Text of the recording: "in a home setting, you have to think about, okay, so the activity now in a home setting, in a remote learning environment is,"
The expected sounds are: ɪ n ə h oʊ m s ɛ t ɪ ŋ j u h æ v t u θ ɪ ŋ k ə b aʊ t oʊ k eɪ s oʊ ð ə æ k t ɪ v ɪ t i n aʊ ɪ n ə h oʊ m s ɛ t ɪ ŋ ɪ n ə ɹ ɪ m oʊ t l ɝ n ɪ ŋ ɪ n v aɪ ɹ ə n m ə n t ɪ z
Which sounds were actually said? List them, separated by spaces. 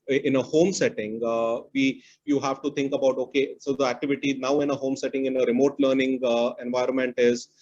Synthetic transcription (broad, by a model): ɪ n ə h oʊ m s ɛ t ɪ ŋ j u h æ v t u t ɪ ŋ k ə b aʊ t oʊ k eɪ s oʊ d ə æ k t ɪ v ɪ t i n aʊ ɪ n ə h oʊ m s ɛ t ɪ ŋ ɪ n ə ɹ ɪ m oʊ t l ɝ n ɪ ŋ ɪ n v aɪ ɹ ə n m ə n t ɪ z